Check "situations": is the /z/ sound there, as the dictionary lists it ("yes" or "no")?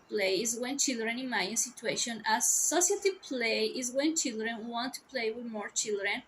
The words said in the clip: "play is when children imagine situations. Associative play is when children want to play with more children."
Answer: no